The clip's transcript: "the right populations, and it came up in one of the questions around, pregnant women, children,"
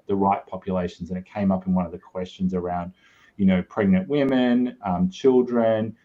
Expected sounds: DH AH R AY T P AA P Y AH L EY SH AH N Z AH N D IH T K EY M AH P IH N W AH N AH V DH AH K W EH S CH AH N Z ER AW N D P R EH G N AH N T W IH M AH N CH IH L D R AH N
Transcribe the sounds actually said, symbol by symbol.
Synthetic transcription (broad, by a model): DH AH R AY T P AA P Y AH L EY SH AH N Z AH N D IH T K EY M AH P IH N W AH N AH V DH AH K W EH S CH AH N Z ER AW N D P R EH G N AH N T W IH M AH N CH IH L D R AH N